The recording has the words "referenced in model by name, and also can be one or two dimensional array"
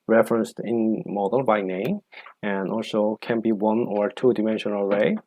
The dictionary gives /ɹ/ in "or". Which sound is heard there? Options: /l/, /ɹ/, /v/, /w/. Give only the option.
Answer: /ɹ/